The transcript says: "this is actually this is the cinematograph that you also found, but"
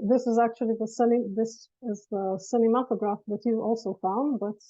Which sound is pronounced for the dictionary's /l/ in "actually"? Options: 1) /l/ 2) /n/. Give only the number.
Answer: 2